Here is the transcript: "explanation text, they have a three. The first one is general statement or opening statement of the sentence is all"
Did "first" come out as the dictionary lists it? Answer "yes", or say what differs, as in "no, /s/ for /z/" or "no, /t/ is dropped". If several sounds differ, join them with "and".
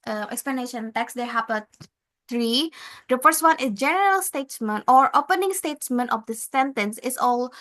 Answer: no, /p/ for /f/